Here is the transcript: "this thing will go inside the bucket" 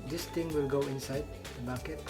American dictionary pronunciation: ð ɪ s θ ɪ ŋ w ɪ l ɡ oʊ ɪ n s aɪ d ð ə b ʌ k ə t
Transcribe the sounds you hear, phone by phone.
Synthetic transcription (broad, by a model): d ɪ s t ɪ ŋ w ɪ l ɡ oʊ ɪ n s aɪ d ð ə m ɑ k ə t